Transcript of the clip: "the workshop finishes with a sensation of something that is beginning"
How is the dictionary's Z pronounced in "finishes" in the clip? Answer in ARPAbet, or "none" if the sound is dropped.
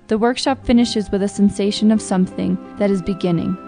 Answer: Z